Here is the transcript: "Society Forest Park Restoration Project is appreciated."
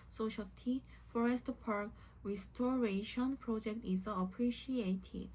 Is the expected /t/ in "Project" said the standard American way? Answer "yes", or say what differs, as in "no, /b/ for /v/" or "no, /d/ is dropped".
yes